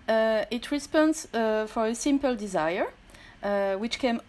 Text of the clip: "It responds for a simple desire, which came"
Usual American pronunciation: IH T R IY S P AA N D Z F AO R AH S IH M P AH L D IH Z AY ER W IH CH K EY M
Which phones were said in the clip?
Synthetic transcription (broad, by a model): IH T R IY S P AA N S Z F AO R AH S IH M P AH L D IH Z AY ER W IH CH K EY M